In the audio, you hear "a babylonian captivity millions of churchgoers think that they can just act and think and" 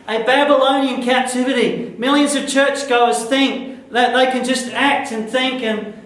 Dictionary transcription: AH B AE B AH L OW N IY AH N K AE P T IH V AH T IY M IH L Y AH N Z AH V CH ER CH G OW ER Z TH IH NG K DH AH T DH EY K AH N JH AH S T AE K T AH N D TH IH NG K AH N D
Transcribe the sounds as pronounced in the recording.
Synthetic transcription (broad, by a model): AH B AE B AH L OW N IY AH N K AE P T IH V AH T IY M IH L Y AH N Z AH V CH ER CH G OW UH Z TH IH NG K DH AH T DH EY K AH N JH AH S T AE K T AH N TH IH NG K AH N